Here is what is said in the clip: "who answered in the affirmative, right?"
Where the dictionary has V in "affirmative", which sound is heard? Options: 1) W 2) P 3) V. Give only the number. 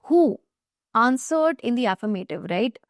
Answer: 3